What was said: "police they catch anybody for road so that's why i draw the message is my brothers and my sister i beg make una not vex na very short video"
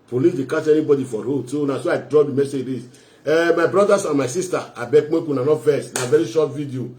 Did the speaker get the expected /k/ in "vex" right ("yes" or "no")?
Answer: no